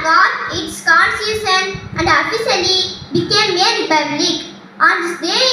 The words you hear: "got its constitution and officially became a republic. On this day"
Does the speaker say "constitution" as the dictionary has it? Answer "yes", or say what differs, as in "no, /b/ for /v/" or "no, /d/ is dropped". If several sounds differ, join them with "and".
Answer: no, /s/ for /ʃ/